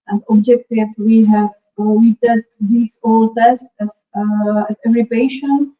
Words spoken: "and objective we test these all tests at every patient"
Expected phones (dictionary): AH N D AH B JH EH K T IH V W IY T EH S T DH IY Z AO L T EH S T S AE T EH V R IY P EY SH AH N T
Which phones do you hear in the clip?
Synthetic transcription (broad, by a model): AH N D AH B JH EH K T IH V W IY T EH S T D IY S AO L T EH S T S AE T EH V R IY P EY SH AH N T